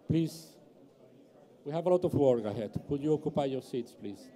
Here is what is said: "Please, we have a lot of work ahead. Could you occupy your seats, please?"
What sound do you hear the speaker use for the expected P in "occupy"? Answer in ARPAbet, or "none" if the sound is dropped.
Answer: P